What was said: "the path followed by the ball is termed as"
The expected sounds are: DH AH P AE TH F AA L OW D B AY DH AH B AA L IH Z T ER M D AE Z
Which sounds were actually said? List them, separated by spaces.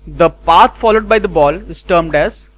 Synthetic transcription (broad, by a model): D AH P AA T F AA L OW D B AY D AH B AA L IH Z T ER M D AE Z